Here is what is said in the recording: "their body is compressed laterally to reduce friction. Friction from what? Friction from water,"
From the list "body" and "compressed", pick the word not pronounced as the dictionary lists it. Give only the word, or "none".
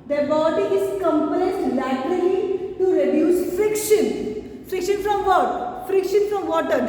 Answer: compressed